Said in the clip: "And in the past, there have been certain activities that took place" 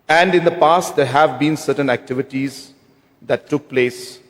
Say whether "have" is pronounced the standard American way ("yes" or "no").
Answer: yes